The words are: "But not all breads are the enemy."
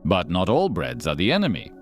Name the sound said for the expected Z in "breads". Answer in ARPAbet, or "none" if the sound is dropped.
Z